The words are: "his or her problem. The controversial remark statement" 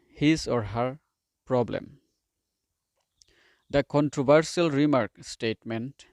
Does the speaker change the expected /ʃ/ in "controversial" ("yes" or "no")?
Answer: yes